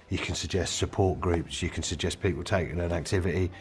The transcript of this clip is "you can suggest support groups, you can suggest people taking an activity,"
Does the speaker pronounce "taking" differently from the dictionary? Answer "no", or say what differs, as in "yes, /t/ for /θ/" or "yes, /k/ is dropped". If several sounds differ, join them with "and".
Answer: yes, /k/ is dropped